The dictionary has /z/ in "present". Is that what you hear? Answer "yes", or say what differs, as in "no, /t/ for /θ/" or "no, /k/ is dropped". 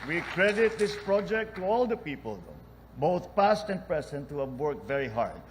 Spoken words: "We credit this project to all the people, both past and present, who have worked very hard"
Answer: no, /s/ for /z/